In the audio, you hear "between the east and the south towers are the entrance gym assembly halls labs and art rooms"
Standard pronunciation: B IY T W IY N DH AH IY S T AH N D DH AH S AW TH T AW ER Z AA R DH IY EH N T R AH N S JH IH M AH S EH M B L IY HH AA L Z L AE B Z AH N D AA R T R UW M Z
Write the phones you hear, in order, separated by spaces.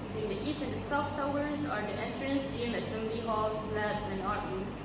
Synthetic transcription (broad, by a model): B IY T W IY N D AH IY S T AH N D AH S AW F T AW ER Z AA R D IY EH N T R AH N S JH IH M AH S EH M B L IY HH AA L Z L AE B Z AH N AA R T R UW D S